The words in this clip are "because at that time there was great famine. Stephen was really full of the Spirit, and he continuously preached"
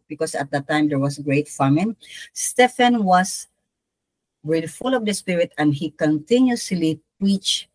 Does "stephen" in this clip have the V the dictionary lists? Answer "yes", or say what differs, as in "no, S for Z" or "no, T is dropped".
no, F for V